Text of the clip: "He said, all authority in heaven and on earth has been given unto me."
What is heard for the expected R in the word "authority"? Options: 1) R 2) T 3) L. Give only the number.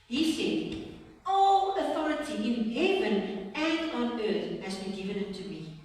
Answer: 1